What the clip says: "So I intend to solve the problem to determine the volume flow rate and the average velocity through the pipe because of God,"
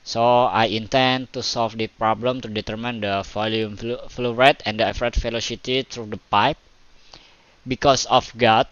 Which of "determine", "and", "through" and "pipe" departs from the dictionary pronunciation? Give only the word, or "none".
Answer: through